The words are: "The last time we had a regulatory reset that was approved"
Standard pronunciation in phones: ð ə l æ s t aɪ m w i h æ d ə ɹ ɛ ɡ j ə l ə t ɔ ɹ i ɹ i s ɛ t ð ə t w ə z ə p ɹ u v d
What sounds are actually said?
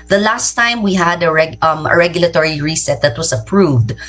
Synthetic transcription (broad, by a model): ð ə l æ s t aɪ m w i h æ d ə ɹ ɛ ɡ j ə l ə t ɔ ɹ i ɹ i s ɛ t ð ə t w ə s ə p ɹ u v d